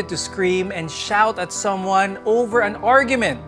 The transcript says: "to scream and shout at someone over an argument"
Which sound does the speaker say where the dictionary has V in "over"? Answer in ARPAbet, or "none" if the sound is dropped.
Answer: V